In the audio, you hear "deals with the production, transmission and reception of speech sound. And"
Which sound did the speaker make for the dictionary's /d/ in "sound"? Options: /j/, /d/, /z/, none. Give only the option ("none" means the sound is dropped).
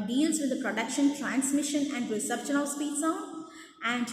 none